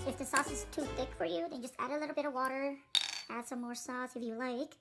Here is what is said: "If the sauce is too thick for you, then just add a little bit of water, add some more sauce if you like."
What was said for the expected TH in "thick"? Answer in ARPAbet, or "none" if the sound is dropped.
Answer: TH